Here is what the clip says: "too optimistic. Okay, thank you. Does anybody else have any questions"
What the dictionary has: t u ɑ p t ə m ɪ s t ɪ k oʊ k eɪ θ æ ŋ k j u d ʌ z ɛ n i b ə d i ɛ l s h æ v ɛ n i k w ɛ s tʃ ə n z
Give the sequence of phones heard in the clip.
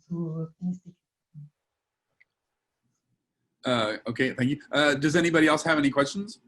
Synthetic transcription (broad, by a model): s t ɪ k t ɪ oʊ k eɪ θ æ ŋ k j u d ʌ z ɛ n i b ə d i ɛ l s h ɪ v ɛ n i k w ɛ s tʃ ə n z